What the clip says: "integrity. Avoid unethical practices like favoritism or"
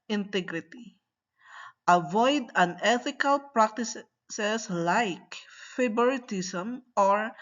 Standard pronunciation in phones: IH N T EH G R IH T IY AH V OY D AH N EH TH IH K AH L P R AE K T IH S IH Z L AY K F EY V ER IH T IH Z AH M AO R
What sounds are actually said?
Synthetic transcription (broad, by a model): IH N T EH G R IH T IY AH V OY D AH N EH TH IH K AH L P R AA K T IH S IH S L AY K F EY B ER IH T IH S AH M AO R